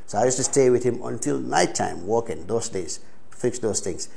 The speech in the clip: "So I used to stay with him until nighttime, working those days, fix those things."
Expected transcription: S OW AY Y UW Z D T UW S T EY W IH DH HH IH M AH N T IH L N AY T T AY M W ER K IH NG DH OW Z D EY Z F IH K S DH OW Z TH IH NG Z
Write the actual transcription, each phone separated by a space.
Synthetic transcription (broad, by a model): S OW AY Y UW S T UW S T EY W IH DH HH IH M AH N T IH L N AY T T AY M W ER K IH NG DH OW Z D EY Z F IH K S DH OW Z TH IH NG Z